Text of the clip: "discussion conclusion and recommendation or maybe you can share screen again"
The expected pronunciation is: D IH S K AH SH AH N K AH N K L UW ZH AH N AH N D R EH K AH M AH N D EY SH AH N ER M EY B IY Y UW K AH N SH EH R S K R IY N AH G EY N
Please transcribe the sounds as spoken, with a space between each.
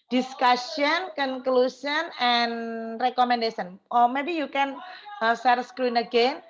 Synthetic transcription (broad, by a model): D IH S K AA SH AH N K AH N K L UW S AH N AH N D R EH K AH M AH N D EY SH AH N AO M EY B IY Y UW K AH N S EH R S K R IY N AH G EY N